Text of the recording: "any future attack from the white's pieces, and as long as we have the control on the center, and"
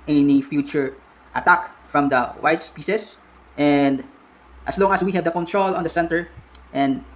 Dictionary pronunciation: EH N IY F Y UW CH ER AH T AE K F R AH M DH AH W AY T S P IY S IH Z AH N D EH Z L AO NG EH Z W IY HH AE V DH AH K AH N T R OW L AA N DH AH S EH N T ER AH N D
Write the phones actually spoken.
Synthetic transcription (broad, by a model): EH N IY F Y UW CH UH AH T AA K F R AH M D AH W AY T S P IY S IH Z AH N D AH S L AO NG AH S W IY HH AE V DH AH K AH N T R OW L AA N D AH S EH N T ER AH N D